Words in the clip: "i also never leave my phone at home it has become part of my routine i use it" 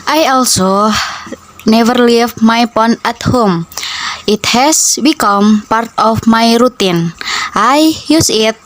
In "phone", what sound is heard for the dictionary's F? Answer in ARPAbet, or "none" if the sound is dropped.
P